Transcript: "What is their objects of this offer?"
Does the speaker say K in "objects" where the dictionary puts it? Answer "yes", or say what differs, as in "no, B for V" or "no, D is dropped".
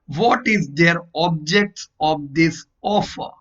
yes